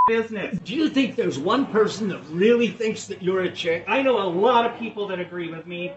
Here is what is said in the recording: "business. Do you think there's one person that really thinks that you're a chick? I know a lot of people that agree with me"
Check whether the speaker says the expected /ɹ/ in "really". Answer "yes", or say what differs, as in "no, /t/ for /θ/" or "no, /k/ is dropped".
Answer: yes